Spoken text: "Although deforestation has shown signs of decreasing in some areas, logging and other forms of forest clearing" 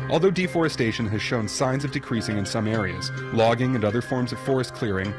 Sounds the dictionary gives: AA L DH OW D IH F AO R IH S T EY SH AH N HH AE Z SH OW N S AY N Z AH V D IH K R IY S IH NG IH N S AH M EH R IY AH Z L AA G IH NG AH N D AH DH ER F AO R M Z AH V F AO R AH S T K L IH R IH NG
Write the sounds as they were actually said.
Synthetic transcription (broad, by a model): AA L DH OW D IH F AO R IH S T EY SH AH N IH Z SH OW N S AY N Z AH V D IH K R IY S IH NG IH N S AH M EH R IY AH Z L AA G IH NG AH N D AH DH ER F AO R M Z AH V F AO R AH S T K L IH R IH NG